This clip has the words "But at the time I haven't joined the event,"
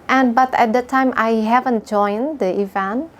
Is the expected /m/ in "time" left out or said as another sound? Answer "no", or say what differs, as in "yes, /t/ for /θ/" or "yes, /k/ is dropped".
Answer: no